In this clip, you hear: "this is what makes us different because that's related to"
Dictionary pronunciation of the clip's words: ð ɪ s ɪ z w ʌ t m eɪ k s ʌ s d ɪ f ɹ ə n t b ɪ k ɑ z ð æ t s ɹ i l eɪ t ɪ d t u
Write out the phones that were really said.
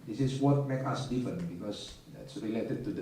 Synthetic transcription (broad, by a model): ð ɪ s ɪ s w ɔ t m eɪ k ʌ s d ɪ f ɹ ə n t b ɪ k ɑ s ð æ t s ɹ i l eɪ t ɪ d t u